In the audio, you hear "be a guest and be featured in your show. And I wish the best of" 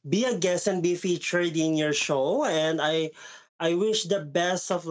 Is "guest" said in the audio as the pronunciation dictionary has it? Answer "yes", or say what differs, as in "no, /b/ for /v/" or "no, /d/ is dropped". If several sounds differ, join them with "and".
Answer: no, /t/ is dropped